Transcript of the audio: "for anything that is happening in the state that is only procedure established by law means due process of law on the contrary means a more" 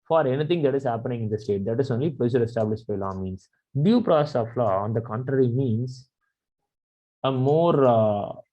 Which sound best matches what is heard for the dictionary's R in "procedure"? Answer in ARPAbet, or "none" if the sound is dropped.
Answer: L